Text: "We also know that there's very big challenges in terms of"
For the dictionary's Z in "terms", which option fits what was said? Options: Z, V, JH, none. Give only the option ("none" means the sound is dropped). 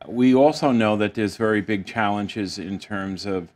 Z